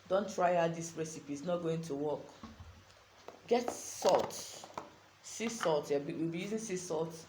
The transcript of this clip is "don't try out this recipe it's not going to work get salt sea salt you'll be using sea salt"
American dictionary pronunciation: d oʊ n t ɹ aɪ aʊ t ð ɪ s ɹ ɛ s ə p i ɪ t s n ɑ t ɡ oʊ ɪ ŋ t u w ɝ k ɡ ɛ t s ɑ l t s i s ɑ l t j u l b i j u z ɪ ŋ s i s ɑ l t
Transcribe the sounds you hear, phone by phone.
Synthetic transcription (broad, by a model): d oʊ n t ɹ aɪ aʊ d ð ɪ s ɹ ɛ s ə p i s n ɑ t ɡ oʊ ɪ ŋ t u w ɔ k ɡ ɛ t s ɑ l t s i s ɑ l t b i w b i j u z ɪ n s i s ɑ l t